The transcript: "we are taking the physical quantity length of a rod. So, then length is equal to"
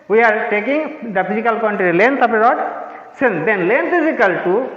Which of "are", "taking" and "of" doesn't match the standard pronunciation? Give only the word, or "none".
of